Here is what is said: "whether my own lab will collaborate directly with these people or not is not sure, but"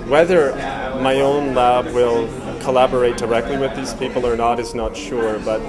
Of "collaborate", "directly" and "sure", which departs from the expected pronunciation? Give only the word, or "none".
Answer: none